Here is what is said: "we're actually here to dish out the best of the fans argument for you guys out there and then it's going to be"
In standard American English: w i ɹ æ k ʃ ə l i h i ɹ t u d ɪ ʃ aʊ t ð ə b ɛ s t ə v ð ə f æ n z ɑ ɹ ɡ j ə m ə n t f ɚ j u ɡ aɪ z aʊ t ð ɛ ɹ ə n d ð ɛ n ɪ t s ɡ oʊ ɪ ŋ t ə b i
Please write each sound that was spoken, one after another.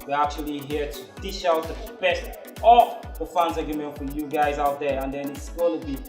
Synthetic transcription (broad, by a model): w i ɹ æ k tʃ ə l i h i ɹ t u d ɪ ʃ aʊ t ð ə b ɛ s t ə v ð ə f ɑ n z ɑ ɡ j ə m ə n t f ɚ j u ɡ aɪ z aʊ t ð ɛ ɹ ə n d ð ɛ n ɪ t s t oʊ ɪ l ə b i